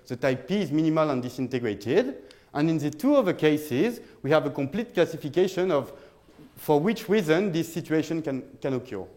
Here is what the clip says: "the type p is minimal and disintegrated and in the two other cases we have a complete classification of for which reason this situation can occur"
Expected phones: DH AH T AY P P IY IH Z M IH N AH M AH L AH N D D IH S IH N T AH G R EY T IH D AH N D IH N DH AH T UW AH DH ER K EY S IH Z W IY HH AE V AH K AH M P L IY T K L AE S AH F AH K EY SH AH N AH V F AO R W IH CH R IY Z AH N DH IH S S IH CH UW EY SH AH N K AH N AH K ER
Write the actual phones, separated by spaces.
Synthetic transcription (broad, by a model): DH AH T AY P P IY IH Z M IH N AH M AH L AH N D D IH S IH N T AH G R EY T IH D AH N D IH N DH AH T UW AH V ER K EY S IH Z W IY HH AE V AH K AH M P L IY T K L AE S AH F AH K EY SH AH N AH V F AO R W IH CH R IY Z AH N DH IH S S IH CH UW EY SH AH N K AH N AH K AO